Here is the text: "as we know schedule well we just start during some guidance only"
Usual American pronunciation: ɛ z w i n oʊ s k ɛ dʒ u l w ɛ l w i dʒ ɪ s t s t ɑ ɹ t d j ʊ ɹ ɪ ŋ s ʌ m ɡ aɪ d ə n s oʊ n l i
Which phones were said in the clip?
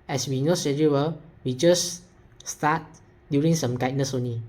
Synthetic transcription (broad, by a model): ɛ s w i n oʊ s ɛ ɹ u w ɛ l w i dʒ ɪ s s t ɑ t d j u ɹ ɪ ŋ s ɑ m ɡ aɪ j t n s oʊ n l i